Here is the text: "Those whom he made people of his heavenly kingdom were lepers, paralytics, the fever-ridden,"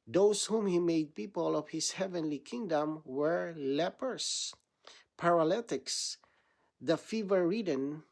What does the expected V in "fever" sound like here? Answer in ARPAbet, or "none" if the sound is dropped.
V